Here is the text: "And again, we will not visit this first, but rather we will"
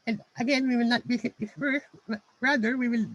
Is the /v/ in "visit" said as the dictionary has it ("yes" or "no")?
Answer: no